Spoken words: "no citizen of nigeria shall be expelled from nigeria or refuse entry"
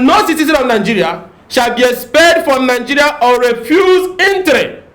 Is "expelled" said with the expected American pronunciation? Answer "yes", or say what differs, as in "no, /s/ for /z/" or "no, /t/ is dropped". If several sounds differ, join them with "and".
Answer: no, /l/ is dropped